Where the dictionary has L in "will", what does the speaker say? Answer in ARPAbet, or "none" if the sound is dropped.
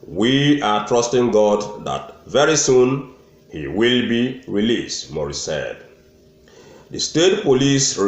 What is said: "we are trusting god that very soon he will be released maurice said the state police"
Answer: L